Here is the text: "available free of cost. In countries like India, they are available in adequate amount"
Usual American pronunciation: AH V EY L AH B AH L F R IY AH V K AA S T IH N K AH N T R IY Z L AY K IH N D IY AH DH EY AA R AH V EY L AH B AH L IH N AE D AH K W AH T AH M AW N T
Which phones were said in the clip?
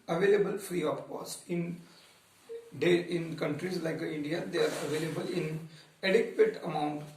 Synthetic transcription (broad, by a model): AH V EY L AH B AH L F R IY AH P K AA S T IH N K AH N T R IY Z L AY K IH N D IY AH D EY AA R AH V EY L AH B AH L IH N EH D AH K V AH T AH M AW N T